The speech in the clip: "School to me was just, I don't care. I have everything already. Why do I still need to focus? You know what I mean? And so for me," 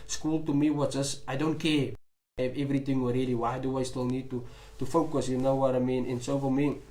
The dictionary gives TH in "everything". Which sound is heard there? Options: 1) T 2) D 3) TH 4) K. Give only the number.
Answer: 1